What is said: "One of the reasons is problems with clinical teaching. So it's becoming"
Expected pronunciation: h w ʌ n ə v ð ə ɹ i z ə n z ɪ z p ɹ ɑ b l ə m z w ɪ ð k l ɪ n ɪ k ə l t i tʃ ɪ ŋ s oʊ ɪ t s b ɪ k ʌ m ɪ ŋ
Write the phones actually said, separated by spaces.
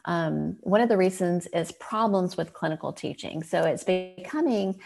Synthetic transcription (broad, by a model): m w ʌ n ə v ð ə ɹ i z ə n z ɪ z p ɹ ɑ b l ə m z w ɪ ð k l ɪ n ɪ k l t i tʃ ɪ ŋ s oʊ ɪ t s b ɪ k ʌ m ɪ ŋ